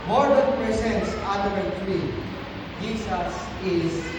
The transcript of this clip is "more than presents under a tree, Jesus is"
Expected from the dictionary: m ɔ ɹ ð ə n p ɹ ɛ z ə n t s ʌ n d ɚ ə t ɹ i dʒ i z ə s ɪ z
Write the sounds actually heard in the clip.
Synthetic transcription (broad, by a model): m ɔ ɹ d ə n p ɹ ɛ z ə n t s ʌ d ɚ ə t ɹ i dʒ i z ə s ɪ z